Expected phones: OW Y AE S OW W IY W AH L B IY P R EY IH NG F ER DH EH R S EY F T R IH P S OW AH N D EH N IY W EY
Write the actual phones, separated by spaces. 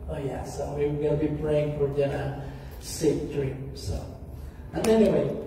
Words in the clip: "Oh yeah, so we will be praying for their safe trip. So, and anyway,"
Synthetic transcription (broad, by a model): OW Y AE S OW W IY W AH N B IY P R EY IH NG F ER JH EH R S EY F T R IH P S OW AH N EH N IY W EY